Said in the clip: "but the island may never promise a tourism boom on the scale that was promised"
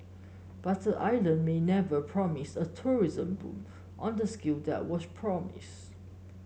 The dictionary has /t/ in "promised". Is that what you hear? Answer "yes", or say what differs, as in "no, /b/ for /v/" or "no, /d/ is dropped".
no, /t/ is dropped